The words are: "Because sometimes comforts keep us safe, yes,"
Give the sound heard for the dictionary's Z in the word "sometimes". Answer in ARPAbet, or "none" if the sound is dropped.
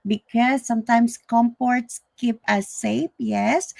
S